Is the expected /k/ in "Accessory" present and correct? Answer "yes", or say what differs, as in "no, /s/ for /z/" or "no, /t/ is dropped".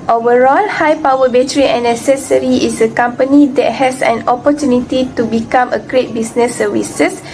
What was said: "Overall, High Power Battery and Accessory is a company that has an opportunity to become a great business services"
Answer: no, /k/ is dropped